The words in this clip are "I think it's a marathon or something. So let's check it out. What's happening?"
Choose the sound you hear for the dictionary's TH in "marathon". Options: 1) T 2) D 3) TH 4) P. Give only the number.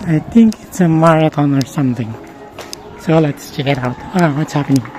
1